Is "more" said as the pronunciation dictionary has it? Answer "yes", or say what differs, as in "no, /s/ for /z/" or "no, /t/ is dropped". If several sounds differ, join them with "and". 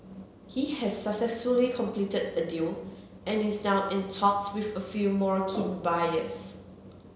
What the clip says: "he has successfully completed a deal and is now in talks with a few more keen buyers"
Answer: yes